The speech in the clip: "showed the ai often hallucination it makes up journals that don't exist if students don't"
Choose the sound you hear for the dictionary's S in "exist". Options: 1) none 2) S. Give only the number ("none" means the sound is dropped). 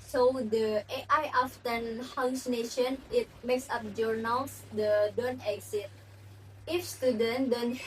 1